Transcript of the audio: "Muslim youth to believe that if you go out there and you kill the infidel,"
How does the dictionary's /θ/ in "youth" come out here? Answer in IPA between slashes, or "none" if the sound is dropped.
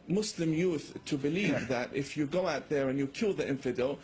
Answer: /θ/